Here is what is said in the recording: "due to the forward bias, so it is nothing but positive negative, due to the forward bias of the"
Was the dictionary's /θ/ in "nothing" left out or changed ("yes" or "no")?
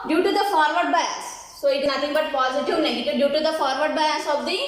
yes